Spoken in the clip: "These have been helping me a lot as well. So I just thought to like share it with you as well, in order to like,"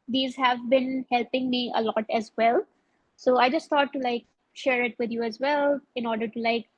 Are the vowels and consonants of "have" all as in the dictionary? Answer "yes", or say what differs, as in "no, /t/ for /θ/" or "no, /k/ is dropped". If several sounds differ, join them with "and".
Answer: yes